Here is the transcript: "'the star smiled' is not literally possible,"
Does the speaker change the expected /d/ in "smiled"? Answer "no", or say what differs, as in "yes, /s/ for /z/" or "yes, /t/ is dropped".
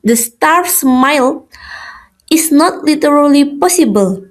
yes, /d/ is dropped